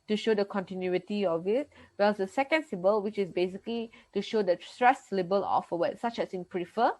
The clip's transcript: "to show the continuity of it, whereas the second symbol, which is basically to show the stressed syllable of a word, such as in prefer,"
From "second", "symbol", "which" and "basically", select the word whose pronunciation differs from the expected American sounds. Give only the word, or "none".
symbol